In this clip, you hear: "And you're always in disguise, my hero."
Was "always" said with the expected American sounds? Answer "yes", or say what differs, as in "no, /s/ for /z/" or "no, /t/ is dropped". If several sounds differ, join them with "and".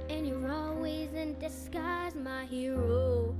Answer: yes